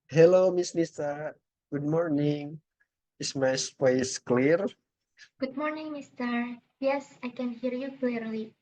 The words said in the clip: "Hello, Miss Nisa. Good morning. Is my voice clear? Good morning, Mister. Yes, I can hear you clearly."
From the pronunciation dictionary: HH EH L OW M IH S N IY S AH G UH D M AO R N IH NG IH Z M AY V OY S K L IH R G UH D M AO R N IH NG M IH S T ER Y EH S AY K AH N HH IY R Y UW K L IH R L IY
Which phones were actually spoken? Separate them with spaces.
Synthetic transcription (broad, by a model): HH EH L OW M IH S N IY S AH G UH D M AO R N IH NG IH S M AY P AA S K L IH R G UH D M AO R N IH NG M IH S T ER Y EH S AY K AH N HH IY R Y UW K L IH R L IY